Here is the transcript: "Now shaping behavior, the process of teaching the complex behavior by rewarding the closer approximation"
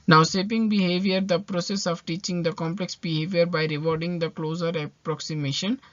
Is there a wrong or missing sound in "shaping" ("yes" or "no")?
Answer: yes